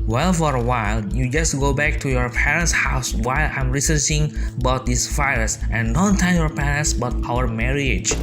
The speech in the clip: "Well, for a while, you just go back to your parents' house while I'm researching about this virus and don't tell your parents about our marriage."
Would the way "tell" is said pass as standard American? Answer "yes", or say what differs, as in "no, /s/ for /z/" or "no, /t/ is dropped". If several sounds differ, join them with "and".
no, /n/ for /l/